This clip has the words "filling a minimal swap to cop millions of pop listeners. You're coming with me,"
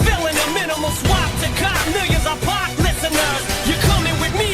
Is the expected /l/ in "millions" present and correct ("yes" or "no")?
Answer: no